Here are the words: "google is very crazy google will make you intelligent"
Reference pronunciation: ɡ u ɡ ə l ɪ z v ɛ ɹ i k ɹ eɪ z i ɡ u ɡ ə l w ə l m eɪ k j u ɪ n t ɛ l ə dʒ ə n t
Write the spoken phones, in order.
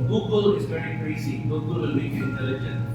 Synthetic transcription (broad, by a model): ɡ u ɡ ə l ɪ s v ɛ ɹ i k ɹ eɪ s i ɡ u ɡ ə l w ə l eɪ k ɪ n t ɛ l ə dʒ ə n